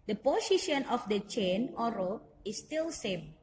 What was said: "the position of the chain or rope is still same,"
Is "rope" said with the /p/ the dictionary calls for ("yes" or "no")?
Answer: no